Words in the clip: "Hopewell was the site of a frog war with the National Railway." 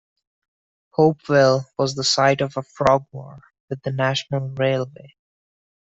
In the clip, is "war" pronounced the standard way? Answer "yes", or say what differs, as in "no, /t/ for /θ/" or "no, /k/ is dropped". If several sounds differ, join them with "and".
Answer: yes